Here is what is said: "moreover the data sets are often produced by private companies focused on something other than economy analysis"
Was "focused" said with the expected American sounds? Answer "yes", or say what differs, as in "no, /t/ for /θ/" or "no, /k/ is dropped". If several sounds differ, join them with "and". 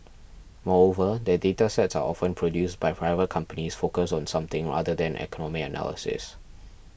no, /t/ is dropped